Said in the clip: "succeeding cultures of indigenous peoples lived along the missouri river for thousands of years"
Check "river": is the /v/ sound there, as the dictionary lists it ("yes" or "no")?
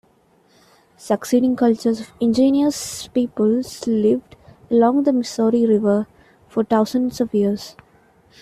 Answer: yes